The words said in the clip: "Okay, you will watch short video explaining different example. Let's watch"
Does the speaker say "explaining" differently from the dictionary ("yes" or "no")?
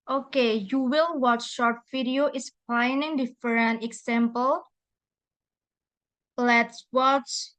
yes